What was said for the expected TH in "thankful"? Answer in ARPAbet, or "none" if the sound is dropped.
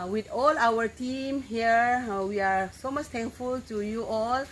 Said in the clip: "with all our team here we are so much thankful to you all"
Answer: T